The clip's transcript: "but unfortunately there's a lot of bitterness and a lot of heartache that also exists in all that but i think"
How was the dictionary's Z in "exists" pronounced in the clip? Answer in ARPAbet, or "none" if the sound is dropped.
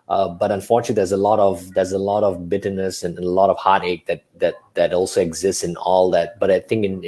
Z